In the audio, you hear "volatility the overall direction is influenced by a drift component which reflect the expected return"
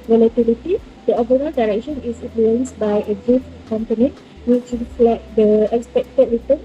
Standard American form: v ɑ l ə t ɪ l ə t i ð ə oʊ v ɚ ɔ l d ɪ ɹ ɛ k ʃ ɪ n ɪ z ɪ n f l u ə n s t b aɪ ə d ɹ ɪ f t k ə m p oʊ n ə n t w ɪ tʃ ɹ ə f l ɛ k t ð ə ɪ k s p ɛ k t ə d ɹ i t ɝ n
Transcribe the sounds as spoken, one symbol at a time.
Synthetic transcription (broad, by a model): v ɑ l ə t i l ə t i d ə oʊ b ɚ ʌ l d ɪ ɹ ɛ k ʃ ɪ n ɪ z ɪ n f l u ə n s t b aɪ ə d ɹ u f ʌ k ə m p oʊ n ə w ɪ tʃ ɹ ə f l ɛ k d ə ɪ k s p ɛ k t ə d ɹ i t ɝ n